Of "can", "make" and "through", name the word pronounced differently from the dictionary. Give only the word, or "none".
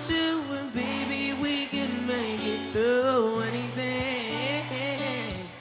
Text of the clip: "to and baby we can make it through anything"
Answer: through